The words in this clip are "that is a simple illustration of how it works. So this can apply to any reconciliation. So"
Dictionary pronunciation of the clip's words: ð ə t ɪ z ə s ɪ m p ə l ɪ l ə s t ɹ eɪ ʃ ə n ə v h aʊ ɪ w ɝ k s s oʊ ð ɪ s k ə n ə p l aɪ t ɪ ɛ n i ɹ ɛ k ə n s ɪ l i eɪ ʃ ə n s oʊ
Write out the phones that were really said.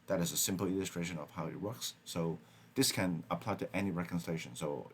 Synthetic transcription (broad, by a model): ð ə t ɪ z ə s ɪ m p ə l ɪ l ə s t ɹ eɪ ʃ ə n ə v h aʊ ɪ w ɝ k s s oʊ ð ɪ s k ə n ə p l aɪ t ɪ ɛ n i ɹ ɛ k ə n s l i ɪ ʃ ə n s oʊ